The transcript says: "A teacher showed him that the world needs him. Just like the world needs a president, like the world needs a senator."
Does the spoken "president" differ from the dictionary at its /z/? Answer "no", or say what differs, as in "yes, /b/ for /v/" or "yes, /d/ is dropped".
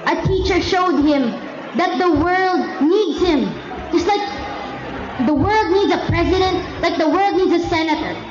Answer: no